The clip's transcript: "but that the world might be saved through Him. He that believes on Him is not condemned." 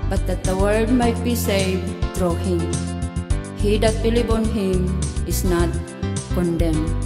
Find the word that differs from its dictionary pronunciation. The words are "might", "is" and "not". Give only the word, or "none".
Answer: is